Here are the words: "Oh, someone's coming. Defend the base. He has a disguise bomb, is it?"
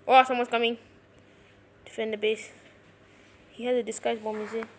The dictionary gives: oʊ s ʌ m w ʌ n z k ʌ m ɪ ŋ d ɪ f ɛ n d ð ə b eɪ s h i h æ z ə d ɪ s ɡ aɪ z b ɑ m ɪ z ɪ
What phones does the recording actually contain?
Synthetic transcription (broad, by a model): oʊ s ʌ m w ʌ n s k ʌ m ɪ ŋ d ɪ f ɛ n d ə b eɪ s h i h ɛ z ə d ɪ s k aɪ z b ɑ m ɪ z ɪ